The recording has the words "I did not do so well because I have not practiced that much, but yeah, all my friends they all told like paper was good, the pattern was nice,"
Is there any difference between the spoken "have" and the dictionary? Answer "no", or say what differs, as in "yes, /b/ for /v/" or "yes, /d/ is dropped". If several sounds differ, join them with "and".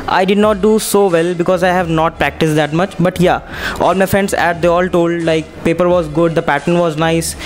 no